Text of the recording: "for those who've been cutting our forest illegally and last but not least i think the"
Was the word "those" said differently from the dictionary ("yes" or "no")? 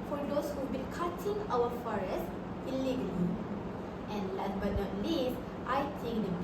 yes